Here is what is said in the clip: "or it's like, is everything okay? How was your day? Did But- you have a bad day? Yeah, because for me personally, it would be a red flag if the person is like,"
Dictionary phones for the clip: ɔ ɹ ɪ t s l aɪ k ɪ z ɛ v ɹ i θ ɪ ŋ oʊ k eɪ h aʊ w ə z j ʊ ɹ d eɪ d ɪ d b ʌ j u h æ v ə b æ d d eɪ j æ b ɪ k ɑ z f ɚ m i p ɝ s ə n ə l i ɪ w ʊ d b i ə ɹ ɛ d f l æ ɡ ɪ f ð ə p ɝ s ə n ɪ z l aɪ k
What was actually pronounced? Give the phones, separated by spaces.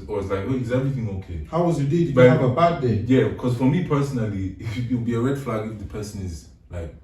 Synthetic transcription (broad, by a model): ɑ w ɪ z l aɪ k ɪ z ɛ v ɹ i θ ɪ ŋ oʊ k eɪ h aʊ w ə z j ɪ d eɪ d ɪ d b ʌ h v ə b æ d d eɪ j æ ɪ k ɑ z f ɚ m i p ɝ s ə n ə l i ɪ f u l b i ə ɹ ɛ d f l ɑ ɡ ɪ f ð ə p ɝ s ə n ɪ z l aɪ k